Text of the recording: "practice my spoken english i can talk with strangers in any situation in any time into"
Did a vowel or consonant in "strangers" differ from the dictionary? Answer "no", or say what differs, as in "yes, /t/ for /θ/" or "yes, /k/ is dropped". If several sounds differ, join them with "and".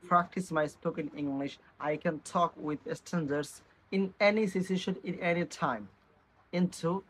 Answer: yes, /ɹ/ is dropped